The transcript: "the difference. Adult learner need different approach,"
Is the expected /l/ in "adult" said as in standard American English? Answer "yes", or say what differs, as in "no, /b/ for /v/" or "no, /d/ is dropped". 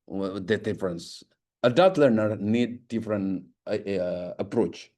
no, /l/ is dropped